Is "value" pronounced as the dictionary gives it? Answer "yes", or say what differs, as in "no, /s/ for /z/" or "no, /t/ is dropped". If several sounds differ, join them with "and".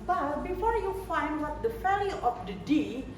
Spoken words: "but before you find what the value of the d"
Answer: no, /f/ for /v/